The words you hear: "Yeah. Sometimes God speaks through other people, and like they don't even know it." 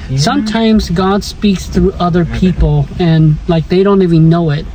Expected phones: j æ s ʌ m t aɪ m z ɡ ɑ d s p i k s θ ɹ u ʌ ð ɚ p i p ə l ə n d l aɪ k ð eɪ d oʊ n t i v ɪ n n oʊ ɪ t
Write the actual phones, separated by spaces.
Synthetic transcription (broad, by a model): s ʌ m t aɪ m z ɡ ɑ d s p i k s θ ɹ u ʌ ð ɚ p i p l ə n l aɪ k ð eɪ d oʊ n t i v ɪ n n oʊ ɪ t